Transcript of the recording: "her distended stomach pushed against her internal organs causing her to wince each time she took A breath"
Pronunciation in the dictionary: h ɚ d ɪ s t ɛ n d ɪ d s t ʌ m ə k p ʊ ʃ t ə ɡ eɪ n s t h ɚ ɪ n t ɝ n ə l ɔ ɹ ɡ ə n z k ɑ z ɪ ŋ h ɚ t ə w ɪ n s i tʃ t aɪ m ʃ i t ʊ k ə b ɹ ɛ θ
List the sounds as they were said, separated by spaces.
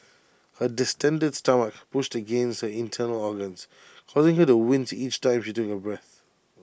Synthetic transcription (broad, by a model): h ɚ d ɪ s t ɛ n d ɪ d s t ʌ m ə k p ʊ ʃ t ə ɡ eɪ n s t h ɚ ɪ n t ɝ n ə l ɔ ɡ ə n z k ɑ z ɪ ŋ h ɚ t ə w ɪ n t i tʃ t aɪ m ʃ i t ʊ k ə b ɹ ɛ θ